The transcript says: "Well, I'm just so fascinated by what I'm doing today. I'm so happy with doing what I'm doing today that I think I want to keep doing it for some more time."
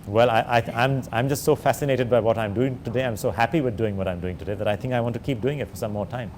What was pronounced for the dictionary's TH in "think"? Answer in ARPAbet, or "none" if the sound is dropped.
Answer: T